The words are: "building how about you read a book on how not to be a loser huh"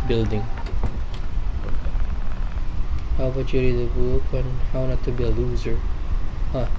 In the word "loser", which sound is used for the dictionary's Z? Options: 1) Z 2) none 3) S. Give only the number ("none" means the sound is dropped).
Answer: 1